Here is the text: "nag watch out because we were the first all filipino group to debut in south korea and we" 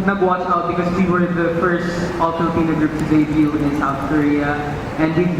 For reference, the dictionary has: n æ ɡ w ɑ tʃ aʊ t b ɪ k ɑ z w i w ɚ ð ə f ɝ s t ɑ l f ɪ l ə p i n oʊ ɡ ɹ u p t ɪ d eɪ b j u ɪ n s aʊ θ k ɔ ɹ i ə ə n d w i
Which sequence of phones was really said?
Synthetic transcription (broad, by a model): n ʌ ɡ w ɑ tʃ aʊ t b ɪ k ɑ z w i w ɚ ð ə f ɝ s t ɑ l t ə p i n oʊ ɡ ɹ u p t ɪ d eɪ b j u ɪ n s aʊ θ k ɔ ɹ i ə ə n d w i